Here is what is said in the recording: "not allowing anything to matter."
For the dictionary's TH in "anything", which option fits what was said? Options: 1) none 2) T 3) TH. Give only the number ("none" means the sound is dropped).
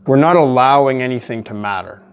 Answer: 3